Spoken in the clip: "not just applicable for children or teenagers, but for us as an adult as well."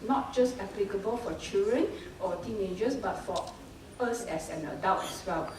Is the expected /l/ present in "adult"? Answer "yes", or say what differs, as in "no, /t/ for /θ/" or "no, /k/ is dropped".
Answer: no, /w/ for /l/